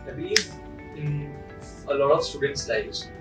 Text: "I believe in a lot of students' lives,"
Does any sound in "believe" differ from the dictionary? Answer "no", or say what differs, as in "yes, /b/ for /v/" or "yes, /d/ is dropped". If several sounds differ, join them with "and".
yes, /v/ is dropped